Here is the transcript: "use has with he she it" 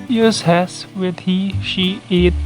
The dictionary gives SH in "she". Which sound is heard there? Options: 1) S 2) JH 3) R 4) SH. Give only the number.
4